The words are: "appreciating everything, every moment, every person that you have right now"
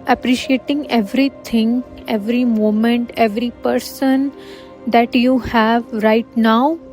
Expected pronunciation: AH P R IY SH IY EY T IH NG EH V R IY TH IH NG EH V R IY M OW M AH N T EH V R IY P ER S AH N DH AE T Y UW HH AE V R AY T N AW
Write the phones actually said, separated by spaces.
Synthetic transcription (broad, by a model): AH P R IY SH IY EY T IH NG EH V R IY T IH NG EH V R IY M OW M AH N T EH V R IY P ER S AH N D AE T Y UW HH AE V R AY T N AW